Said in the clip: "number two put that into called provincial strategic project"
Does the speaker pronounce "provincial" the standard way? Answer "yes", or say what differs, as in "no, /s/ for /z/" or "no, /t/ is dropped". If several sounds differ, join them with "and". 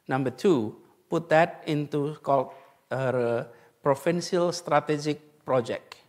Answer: no, /f/ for /v/